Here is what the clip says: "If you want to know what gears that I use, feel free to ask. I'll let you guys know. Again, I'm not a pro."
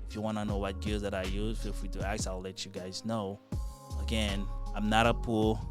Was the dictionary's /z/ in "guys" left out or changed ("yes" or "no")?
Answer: no